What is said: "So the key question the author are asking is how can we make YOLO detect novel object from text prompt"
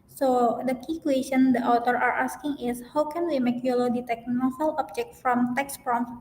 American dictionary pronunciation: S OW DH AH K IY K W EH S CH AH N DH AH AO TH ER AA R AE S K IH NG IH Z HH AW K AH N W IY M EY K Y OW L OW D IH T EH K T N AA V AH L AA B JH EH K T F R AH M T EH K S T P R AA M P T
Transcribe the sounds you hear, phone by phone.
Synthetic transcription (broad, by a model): S OW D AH K IY K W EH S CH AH N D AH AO T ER AA R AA S K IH NG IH S HH AW K AH N W IY M EY K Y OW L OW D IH T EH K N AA F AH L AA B JH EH K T F R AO M T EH K S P R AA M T